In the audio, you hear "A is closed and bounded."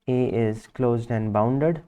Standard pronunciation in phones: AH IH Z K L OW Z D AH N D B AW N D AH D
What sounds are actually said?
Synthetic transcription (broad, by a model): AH IH Z K L OW Z D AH N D B AW N D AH D